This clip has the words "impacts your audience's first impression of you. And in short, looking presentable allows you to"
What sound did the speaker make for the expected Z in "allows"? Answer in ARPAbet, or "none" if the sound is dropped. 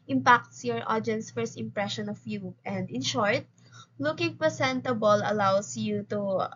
S